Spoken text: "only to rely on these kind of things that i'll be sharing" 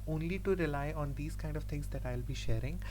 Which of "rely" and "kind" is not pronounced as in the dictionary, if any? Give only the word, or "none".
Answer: none